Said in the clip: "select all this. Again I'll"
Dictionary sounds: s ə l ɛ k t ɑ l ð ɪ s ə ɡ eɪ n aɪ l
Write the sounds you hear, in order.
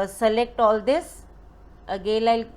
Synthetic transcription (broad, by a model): s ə l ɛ k t ɑ l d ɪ s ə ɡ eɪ l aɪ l